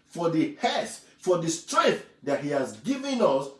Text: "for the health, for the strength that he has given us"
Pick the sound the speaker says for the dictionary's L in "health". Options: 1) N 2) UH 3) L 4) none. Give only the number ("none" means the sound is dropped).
4